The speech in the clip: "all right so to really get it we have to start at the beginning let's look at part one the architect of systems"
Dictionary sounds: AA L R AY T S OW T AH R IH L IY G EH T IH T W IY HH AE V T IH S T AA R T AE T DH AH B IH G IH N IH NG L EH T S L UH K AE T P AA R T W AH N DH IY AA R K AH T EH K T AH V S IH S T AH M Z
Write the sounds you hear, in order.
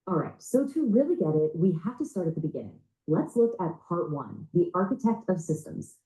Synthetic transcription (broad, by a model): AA L R AY T S OW T AH R IH L IY G EH T IH T W IY HH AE F T IH S T AA R T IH T DH AH B IH G IH N IH NG L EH T S L UH K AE T P AA R T W AH N DH IY AA R K AH T EH K T AH V S IH S T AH M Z